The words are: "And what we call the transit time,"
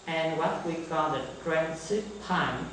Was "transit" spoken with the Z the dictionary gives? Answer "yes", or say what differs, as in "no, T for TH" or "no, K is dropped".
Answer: no, S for Z